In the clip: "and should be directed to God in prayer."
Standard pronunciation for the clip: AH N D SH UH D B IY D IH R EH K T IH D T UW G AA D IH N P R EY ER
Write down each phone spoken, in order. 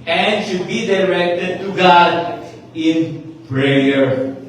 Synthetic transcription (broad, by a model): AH N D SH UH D B IY D IH R EH K T IH D T UW G AA D IH N P R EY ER